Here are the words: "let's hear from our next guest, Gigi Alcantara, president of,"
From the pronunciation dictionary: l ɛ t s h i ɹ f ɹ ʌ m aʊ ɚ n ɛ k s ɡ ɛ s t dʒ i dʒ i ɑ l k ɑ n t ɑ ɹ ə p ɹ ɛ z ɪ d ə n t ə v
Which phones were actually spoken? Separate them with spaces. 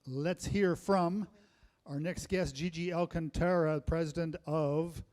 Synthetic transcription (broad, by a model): l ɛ t s h i ɹ f ɹ ʌ m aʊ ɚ n ɛ k s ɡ ɛ s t dʒ i dʒ i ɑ l k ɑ n t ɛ ɹ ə p ɹ ɛ z ɪ d ə n t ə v